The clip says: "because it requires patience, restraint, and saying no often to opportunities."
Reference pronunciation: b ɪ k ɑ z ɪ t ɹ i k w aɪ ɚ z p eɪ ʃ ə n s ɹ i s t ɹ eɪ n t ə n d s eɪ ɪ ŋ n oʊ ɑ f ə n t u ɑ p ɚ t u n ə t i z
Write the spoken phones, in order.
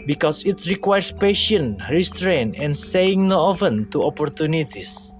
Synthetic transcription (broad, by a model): b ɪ k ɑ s ɪ t ɹ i k w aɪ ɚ s p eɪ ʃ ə n ɹ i s t ɹ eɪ n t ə n s eɪ ɪ ŋ n oʊ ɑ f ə n t u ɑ p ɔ t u n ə t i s